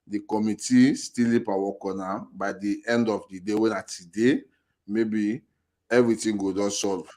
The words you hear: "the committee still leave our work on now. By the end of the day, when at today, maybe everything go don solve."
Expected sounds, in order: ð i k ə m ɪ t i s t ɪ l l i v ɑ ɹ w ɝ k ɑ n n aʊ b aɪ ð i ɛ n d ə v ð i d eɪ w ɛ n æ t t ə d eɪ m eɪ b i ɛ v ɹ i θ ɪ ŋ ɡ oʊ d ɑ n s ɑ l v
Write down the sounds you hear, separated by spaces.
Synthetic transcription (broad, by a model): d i k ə m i t i s t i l l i p ɑ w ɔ k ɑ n n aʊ b aɪ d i ɛ n d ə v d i d eɪ w ɛ n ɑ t t ə d eɪ m eɪ b i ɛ v ɹ i t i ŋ ɡ oʊ d ɑ n s ɑ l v